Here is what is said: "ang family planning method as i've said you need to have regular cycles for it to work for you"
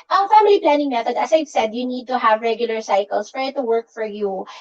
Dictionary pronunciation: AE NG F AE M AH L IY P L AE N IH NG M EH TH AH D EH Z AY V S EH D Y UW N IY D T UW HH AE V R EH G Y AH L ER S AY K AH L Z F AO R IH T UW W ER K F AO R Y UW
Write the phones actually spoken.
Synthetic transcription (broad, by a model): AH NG F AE M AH L IY P L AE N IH NG M EH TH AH D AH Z AY V S EH D Y UW N IY D T UW HH AE V R EH G Y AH L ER S AY K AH L S F AO R IH T UW W ER K F AO R Y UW